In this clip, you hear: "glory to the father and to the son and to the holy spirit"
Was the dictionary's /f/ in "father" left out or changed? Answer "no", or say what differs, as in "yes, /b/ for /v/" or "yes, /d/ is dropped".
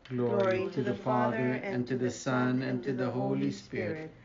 no